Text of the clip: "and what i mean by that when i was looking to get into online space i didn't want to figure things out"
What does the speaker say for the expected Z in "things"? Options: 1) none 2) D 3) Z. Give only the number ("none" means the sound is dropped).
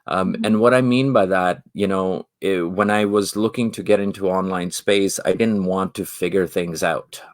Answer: 3